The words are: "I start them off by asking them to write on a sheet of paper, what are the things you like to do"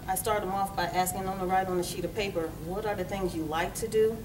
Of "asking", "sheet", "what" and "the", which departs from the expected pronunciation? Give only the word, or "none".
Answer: none